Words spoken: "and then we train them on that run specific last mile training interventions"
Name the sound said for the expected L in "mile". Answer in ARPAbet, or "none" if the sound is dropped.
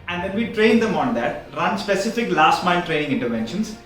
N